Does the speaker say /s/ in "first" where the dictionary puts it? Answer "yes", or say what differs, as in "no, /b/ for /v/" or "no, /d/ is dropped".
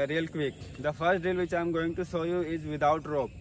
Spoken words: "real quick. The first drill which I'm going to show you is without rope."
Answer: yes